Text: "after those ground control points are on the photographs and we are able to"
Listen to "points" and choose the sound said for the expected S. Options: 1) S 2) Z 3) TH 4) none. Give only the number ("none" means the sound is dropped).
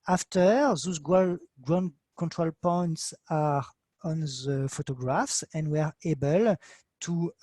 1